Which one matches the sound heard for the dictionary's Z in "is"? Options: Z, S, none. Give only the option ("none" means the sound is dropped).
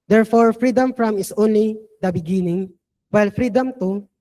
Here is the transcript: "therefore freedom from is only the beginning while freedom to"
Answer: S